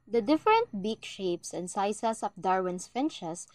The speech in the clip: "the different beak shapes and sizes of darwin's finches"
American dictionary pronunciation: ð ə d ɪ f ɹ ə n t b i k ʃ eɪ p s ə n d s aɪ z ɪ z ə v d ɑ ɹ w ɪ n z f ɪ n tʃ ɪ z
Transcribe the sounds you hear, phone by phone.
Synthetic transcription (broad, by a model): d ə d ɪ f ɹ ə n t b i k ʃ eɪ p s ə n d s aɪ s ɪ s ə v d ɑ ɹ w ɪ n s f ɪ n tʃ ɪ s